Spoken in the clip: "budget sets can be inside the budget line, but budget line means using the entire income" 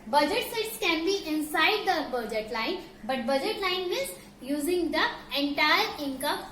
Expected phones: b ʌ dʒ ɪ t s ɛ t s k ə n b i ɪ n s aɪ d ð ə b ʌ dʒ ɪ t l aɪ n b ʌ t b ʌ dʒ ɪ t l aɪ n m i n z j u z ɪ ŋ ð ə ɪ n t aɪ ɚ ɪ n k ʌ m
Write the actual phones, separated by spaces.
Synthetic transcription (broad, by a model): b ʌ dʒ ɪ t s ɛ t s k ə n b i ɪ n s aɪ d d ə b ʌ dʒ ɪ t l aɪ n b ʌ t b ʌ dʒ ɪ t l aɪ n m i z j u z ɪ ŋ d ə ɪ n t aɪ ɚ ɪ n k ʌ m